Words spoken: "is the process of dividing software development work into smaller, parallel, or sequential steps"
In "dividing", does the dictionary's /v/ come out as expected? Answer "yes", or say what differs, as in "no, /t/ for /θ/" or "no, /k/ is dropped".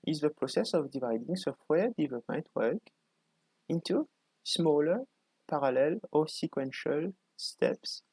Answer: yes